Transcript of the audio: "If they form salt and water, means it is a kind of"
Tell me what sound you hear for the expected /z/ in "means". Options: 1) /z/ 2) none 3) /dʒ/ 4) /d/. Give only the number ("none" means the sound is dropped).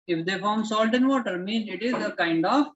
2